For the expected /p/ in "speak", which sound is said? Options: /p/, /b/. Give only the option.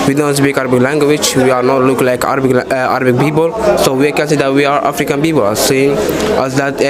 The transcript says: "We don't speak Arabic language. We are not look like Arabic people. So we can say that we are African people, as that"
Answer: /b/